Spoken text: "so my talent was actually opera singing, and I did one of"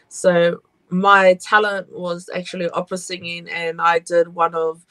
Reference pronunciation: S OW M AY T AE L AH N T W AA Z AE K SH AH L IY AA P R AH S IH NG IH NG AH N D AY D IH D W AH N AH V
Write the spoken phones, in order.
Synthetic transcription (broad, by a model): S OW M AY T AE L AH N T W AA Z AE K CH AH L IY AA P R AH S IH NG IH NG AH N AY D IH D W AH N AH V